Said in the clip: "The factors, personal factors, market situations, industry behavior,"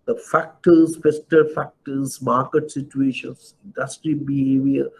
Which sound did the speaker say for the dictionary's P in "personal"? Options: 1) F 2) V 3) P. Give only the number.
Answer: 1